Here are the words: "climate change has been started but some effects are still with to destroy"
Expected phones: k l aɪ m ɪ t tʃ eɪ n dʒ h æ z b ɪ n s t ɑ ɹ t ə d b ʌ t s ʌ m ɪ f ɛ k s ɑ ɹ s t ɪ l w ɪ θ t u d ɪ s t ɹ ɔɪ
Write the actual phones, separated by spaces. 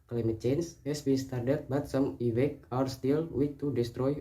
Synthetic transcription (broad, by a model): k l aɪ m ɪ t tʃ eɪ n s h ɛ s b ɪ n s t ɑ ɹ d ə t b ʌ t s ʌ m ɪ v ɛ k ɑ ɹ s t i l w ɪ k t u d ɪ s t ɹ ɔɪ